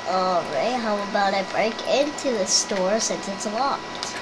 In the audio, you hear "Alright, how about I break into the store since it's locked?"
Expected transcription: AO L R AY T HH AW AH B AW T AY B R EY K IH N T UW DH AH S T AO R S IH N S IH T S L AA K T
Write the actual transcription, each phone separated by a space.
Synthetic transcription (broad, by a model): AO R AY T HH AW AH B AW T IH B R EY K IH N T UW DH AH S T AO R S IH N S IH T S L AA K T